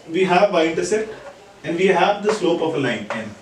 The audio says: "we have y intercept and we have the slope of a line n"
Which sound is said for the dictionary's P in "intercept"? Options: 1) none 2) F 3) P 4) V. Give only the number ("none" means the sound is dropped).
1